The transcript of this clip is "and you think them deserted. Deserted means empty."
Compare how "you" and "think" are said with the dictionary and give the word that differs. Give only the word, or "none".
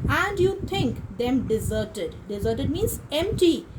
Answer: think